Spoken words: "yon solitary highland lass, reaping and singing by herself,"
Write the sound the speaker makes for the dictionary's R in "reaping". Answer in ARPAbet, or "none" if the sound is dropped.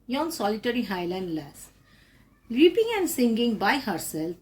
L